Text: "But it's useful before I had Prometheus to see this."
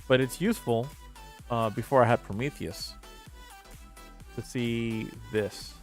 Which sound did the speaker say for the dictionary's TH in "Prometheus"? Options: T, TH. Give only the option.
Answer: TH